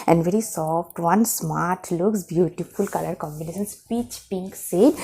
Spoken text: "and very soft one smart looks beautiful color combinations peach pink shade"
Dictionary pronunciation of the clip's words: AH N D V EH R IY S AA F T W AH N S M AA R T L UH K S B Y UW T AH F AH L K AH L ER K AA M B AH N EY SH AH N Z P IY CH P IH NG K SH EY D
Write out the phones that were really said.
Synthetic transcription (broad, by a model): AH N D V EH R IY S AA F T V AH N S M AA R T L UH K S B Y UW T AH F AH L K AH L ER K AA M B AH N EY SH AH N S P IY CH P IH NG K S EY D